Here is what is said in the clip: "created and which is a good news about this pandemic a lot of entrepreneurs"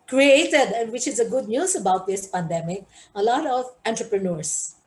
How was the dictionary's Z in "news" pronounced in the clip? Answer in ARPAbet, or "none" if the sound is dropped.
S